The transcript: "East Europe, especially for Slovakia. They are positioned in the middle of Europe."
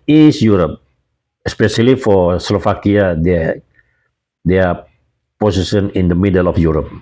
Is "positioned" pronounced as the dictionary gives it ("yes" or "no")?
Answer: no